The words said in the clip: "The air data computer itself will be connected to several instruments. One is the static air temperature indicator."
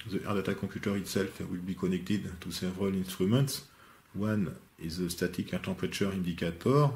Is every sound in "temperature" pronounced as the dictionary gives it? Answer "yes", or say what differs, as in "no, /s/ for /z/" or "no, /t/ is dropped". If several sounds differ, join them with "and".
no, /m/ is dropped